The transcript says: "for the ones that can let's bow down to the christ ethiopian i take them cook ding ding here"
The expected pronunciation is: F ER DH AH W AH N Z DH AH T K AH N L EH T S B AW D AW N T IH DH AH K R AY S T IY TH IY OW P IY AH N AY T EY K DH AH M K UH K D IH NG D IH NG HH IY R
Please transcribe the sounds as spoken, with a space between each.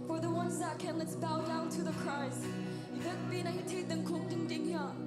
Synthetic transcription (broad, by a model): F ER DH AH W AH N Z DH AH T K AH N L EH T S B AW D AW N T IH DH AH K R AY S IY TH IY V B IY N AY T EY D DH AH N K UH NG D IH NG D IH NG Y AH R